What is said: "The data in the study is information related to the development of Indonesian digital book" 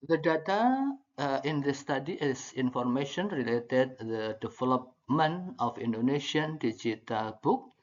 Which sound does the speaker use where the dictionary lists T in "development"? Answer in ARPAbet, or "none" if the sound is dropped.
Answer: none